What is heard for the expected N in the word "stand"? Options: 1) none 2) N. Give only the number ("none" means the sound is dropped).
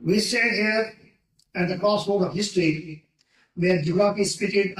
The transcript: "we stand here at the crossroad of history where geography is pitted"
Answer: 1